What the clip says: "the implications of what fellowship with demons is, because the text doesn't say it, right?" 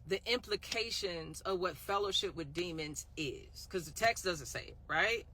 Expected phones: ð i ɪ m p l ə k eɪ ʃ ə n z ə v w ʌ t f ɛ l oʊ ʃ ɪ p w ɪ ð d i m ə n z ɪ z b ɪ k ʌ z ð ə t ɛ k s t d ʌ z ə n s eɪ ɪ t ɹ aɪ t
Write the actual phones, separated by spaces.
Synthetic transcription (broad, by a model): ð i ɪ m p l ə k eɪ ʃ ə n z ə v w ʌ t f ɛ l oʊ ʃ ɪ p w ɪ ð d i m ə n z ɪ z k ʌ z ð ə t ɛ k s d ʌ z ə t s eɪ ɪ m ɹ aɪ t